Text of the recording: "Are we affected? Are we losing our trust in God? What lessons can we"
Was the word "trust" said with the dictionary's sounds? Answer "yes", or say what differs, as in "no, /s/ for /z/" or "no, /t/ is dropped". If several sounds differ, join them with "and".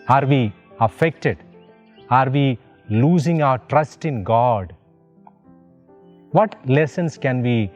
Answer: yes